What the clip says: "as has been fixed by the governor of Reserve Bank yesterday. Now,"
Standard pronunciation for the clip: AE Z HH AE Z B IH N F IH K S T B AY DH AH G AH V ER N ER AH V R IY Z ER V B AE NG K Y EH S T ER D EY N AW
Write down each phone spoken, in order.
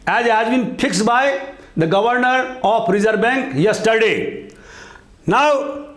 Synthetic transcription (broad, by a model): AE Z HH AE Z B IH N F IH K S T B AY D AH G AH V ER N ER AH P R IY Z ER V B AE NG K Y EH S T ER D EY N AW